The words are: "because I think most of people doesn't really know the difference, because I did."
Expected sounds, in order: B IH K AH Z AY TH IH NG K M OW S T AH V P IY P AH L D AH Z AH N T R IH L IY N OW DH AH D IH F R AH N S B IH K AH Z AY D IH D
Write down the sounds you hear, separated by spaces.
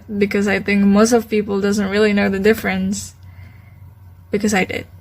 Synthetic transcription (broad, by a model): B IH K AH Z AY TH IH NG K M OW S T AH V P IY P L D AH Z AH N T R IH L IY N OW DH AH D IH F R AH N S B IH K AH Z AY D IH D